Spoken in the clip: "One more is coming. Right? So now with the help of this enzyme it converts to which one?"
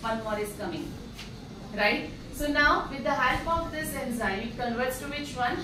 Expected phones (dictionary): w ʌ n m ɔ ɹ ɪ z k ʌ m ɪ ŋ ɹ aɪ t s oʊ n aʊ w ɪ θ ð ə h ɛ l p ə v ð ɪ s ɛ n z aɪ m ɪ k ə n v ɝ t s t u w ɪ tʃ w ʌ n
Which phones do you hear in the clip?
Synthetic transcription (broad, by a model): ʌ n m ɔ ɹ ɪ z k ʌ m ɪ ŋ ɹ aɪ t s oʊ n aʊ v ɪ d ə h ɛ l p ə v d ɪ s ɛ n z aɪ ɪ k ə n v ɝ t s t u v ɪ tʃ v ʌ n